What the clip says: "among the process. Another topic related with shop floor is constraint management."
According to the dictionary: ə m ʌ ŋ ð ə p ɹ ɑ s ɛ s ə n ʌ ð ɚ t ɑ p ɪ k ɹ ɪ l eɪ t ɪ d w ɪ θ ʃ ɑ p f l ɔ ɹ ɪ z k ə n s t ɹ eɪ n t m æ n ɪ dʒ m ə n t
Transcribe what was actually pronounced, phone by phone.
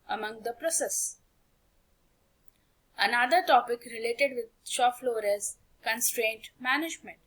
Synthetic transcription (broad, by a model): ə m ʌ ŋ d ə p ɹ ɑ s ɛ s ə n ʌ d ɚ t ɑ p ɪ k ɹ ɪ l eɪ t ɪ d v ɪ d ʃ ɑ f l ɔ ɹ ɪ z k ə n s t ɹ eɪ n t m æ n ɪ dʒ m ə n t